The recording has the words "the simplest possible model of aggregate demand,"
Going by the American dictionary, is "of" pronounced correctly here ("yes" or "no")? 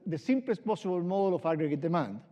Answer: no